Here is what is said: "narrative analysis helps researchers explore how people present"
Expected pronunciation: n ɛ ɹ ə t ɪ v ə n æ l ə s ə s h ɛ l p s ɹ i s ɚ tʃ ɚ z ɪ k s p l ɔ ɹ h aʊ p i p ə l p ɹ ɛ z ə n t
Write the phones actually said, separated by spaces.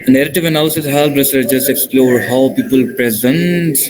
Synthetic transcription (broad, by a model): n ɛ ɹ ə t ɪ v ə n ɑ ə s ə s h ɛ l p ɹ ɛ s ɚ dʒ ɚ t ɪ k s p l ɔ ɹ h aʊ p i p ə l p ɹ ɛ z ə n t